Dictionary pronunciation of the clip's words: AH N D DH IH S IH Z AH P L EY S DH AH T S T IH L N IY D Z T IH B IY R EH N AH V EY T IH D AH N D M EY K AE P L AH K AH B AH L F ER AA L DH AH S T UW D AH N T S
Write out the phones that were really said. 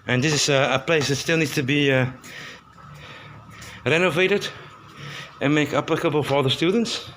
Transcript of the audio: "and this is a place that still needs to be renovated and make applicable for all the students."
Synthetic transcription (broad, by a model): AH N DH IH S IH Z AH P L EY S DH AH T S T IH L N IY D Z T IH B IY R EH N AH V EY T IH D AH N M EY K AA P L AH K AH B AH L F ER AA L DH AH S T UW D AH N T S